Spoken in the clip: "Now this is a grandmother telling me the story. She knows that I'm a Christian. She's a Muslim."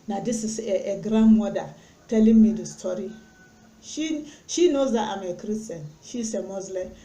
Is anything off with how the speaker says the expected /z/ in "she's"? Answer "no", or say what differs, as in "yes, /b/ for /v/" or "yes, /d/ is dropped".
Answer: yes, /s/ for /z/